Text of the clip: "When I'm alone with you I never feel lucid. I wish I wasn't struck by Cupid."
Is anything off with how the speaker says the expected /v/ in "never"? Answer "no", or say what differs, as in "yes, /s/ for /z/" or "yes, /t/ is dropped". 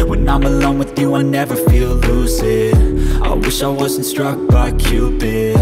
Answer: no